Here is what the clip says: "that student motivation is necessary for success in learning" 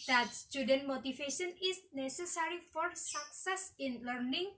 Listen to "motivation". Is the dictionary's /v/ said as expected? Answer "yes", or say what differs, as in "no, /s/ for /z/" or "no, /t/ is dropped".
no, /f/ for /v/